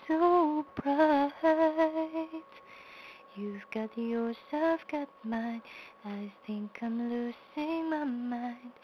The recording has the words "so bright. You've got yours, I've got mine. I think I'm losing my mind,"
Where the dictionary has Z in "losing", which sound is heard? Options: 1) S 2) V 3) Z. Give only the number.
1